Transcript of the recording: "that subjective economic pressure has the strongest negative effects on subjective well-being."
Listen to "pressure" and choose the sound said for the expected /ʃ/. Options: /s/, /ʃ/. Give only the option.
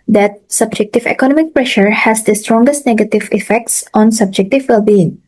/ʃ/